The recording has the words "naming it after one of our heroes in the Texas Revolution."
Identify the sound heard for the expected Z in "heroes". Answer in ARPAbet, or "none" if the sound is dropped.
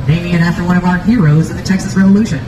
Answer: Z